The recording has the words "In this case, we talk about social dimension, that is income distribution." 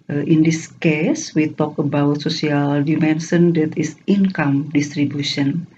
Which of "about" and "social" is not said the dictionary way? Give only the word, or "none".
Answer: social